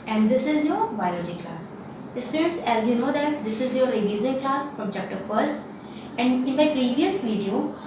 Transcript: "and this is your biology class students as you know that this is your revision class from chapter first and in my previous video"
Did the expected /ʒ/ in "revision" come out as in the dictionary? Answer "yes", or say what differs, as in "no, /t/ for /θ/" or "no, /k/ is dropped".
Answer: no, /z/ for /ʒ/